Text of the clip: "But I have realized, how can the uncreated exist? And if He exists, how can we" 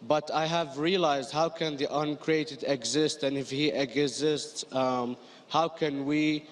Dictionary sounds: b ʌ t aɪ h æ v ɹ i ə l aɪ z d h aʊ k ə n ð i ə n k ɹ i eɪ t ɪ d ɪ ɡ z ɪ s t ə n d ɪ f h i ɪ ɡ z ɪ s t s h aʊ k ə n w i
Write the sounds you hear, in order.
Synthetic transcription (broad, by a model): b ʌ t aɪ h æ v ɹ i ə l aɪ z d h aʊ k ə n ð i ə n k ɹ i eɪ t ɪ d ɪ ɡ z ɪ s t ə n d ɪ f h i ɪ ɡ z ɪ s t s h aʊ k ə n w i